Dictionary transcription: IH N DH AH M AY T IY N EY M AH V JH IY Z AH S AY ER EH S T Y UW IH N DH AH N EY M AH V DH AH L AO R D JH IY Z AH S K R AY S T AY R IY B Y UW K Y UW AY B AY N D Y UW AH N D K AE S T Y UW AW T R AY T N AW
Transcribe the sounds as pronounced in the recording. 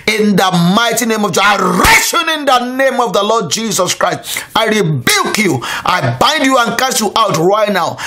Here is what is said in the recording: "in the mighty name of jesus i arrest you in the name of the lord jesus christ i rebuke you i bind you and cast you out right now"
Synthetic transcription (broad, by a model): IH N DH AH M AY T IY N EY M AH V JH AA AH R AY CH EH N IH N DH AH N EY M AH V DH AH L AO D JH IY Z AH S K R AY S T AY R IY B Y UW K Y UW AY B AY N D Y UW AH N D K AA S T Y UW AW T R AY T N AW